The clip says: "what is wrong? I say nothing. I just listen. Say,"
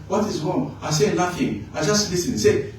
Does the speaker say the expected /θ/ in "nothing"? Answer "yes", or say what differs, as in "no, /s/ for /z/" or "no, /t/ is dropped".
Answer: no, /f/ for /θ/